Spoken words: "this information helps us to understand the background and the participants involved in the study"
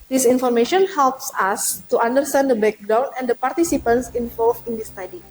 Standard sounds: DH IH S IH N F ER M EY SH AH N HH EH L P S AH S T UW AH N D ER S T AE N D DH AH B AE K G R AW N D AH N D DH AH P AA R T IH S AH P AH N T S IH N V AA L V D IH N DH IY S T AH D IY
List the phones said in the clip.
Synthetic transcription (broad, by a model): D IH S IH N F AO M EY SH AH N HH EH L P S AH S T UW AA N D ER S T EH N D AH B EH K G R AW N AH N D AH P AA R T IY S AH P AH N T S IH N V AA L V IH N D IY S T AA D IY